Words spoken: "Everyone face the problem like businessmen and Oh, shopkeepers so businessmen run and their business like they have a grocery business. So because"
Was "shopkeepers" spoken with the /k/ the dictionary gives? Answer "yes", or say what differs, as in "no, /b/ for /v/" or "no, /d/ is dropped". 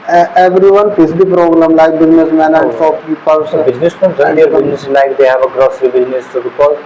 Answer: no, /k/ is dropped